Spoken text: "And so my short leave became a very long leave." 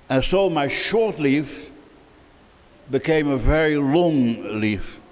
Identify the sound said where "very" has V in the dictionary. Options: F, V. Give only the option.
V